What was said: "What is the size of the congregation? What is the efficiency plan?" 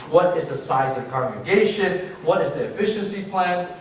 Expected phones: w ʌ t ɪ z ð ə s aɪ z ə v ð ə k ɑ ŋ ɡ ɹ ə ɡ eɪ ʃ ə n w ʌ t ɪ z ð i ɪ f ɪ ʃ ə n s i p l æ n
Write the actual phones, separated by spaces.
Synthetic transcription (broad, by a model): w ʌ t ɪ z ð ə s aɪ z ə v k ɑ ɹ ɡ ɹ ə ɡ eɪ ʃ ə n w ʌ t ɪ z ð i ɪ f ɪ ʃ ə n s i p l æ n